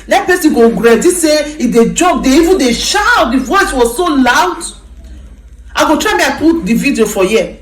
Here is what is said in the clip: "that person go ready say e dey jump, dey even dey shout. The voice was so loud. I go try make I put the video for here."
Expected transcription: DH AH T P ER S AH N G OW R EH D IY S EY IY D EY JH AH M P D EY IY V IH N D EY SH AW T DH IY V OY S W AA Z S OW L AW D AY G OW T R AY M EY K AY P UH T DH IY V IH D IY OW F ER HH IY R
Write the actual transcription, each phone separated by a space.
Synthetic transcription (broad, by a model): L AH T P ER S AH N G OW R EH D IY S EY IY D EY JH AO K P D EY IY V IH N D EY SH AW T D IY V OY S W AA Z S OW L AW D AY G OW T R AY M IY AY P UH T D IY V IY D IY OW F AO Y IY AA